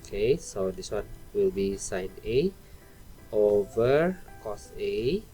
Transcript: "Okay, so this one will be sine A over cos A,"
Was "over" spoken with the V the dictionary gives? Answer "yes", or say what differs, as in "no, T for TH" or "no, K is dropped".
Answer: yes